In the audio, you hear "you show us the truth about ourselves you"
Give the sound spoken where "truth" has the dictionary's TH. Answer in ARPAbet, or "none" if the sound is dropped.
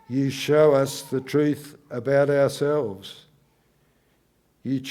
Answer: TH